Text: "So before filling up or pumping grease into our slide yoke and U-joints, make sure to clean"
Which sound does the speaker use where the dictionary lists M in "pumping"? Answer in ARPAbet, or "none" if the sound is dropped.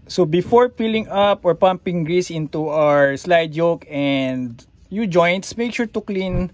M